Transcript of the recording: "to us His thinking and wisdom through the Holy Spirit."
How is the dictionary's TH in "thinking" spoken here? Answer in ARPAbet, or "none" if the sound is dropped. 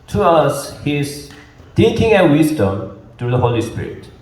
T